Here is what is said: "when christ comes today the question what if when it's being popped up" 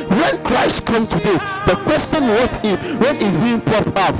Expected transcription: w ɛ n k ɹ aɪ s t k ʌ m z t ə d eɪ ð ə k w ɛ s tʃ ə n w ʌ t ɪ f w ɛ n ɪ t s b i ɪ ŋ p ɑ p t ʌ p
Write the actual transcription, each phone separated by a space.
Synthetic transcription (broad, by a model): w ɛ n k ɹ aɪ s t k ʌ m s t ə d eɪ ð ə k w ɛ s tʃ ə n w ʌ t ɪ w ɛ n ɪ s b i ɪ ŋ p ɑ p ʌ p